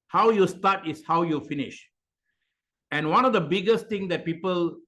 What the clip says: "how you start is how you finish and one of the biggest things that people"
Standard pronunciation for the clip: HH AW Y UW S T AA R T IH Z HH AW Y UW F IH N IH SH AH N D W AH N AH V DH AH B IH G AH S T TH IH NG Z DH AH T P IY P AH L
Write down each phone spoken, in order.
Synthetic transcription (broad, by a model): HH AW Y UW S T AA T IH S HH AW Y UW F IH N IH SH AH N W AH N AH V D AH B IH G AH S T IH NG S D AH T P IY P AH L